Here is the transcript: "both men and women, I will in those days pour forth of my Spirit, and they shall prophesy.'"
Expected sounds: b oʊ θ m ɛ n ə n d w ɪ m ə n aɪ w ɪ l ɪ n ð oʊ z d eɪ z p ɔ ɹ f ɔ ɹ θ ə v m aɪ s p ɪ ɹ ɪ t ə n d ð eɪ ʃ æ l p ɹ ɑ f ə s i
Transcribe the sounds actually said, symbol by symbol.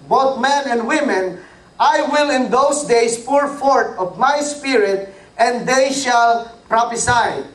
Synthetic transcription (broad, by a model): b oʊ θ m ɛ n ə n d w ɪ m ə n aɪ w ɪ l ɪ n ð oʊ s d eɪ s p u ɹ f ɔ ɹ t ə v m aɪ s p ɪ ɹ ɪ t ə n d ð eɪ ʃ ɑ l p ɹ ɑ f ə s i